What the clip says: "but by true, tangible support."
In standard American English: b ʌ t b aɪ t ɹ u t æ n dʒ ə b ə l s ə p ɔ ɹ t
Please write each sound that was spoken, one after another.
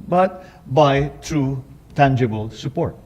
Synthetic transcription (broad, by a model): b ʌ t b aɪ t ɹ u t æ n dʒ ə b ə l s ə p ɔ ɹ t